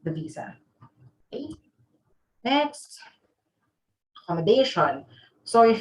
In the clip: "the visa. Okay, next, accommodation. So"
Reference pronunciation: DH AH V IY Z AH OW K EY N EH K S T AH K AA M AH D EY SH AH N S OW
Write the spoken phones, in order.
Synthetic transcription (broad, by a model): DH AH V IY Z AH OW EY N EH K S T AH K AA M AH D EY SH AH N S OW